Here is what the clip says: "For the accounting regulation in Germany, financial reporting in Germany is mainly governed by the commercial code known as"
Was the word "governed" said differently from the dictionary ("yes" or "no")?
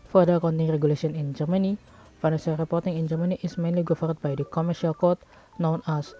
yes